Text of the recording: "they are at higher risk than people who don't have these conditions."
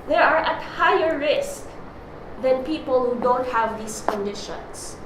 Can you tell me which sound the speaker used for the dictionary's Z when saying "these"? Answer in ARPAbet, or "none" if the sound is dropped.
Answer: S